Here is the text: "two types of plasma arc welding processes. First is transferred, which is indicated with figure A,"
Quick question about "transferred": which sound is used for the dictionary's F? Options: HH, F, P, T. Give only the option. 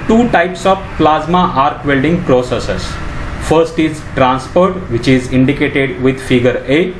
P